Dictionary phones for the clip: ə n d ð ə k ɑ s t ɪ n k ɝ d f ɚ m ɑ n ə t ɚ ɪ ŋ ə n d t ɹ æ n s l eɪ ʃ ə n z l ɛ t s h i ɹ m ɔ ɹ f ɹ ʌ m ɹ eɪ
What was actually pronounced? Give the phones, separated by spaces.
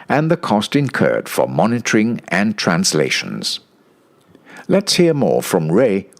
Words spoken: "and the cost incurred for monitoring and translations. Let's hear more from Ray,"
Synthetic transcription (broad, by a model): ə n ð ə k ɑ s t ɪ n k ɝ d f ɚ m ɑ n ə t ɚ ɪ ŋ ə n t ɹ æ n s l eɪ ʃ ə n z l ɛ t s h i ɹ m ɔ ɹ f ɹ ʌ m ɹ eɪ